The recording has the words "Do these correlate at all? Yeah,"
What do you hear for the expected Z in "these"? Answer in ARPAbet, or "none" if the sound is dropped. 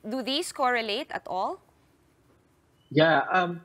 S